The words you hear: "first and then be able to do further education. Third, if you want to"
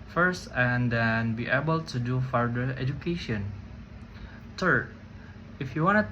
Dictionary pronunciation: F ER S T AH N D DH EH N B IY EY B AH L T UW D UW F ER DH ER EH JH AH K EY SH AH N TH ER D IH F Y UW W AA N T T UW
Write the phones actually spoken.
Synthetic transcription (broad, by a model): F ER S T AH N D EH N B IY EY B AH L T UW D UW F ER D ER EH JH AH K EY SH AH N S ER IH F Y UW W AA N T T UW